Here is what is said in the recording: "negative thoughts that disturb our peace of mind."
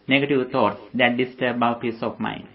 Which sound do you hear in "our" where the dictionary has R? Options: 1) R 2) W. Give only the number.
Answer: 2